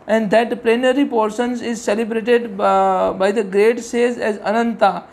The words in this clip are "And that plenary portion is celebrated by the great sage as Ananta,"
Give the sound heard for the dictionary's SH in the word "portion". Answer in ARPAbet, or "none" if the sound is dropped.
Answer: S